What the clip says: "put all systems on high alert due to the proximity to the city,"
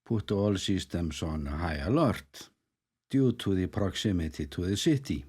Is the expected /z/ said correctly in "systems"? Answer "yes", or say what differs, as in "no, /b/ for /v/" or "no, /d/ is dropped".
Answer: no, /s/ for /z/